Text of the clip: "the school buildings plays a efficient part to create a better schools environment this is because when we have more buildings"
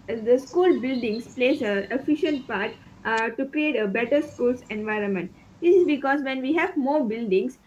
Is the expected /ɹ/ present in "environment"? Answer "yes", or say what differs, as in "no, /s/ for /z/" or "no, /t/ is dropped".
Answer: yes